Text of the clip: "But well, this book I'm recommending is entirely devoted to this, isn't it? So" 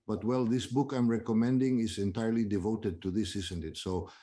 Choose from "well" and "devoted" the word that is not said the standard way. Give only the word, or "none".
none